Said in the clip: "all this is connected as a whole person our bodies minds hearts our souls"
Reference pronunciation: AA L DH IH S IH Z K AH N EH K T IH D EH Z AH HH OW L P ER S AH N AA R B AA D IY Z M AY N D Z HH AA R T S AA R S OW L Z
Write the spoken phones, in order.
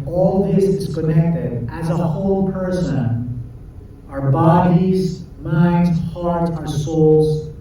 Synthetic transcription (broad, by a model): AA L DH IH S IH Z K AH N EH K T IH D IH Z AH HH OW L P ER S AH N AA R B AA D IY Z M AY N D Z HH AA R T AA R S OW L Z